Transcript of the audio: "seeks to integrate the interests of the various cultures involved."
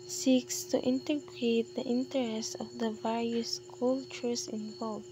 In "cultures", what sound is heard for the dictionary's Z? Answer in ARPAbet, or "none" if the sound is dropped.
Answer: S